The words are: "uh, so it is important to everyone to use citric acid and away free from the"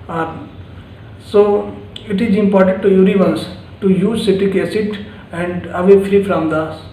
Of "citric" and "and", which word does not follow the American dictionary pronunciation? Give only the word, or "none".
citric